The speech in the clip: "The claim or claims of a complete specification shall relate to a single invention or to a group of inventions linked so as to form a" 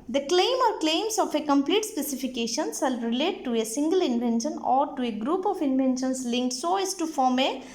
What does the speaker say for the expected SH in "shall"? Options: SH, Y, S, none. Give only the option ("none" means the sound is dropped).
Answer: S